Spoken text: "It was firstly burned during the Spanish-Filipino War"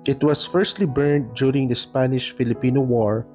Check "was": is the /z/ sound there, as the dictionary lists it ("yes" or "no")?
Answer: no